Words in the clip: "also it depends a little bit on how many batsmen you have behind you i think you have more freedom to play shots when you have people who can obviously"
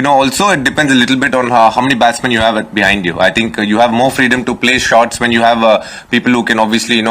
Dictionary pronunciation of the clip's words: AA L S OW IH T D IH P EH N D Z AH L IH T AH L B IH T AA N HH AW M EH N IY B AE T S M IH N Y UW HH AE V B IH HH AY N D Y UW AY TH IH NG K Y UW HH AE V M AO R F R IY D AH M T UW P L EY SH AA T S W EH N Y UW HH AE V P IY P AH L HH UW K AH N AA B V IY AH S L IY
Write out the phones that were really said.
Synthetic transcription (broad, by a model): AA L S OW IH T D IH P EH N D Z AH L IH T L B IH T AA N HH AW M EH N IY B AE T S M IH N Y UW HH AE V B IH HH AY N D Y UW AY T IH NG K Y UW HH AE V M AO R F R IY D AH M T UW P L EY SH AA T S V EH N Y UW HH AE V P IY P AH L HH UW K AH N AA B V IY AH S L IY